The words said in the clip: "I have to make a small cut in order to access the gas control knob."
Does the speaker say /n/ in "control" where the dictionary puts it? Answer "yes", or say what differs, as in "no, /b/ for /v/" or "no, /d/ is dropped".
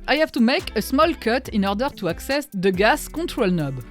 no, /n/ is dropped